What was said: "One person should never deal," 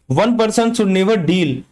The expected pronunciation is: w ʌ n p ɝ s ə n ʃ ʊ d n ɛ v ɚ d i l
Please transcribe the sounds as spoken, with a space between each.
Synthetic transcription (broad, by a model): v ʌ n p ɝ s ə n s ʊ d n ɛ v ɚ d i l